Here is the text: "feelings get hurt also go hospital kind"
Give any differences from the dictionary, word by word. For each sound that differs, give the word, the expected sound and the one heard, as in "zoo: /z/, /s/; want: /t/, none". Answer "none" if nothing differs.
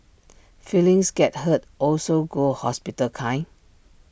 feelings: /z/, /s/; kind: /d/, none